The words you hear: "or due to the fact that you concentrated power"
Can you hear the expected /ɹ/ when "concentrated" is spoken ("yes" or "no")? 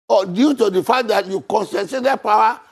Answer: no